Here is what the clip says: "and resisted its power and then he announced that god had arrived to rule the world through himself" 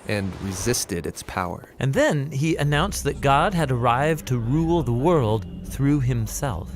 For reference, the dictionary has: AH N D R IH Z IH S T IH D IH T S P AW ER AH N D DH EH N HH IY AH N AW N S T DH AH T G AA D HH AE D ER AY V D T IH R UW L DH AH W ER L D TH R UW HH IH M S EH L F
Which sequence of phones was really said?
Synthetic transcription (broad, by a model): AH N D R IH Z IH S T IH D IH T S P AW ER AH N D DH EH N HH IY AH N AW N S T DH AH T G AA D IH D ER AY V T IH R UW L DH AH W ER L D TH R UW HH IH M S EH L F